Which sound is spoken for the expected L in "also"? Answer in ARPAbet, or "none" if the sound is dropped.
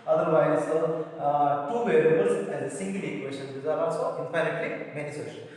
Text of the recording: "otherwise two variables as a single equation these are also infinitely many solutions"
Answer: none